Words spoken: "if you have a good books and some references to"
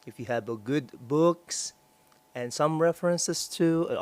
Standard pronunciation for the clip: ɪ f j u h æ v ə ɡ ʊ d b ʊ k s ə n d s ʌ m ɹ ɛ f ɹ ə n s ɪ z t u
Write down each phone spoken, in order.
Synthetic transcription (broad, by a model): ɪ f j u h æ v ə ɡ ʊ d b ʊ k s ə n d s ʌ m ɹ ɛ f ɹ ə n s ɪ s t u